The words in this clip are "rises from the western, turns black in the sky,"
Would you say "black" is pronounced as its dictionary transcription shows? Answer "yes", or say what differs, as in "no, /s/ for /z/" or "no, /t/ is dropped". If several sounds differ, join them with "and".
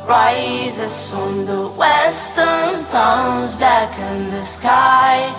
no, /l/ is dropped